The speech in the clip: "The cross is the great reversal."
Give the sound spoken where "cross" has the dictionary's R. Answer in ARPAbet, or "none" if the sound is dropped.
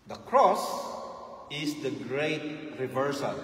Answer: R